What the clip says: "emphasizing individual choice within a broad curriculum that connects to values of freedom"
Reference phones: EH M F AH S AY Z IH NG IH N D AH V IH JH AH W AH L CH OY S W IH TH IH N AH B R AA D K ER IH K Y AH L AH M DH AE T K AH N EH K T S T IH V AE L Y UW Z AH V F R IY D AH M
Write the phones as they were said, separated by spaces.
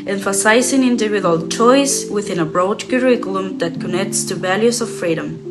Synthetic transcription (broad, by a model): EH M F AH S AY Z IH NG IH N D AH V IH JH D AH L CH OY S W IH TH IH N AH B R AA D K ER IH K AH L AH M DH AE T K AH N EH K T S T IH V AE L Y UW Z AH V F R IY D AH M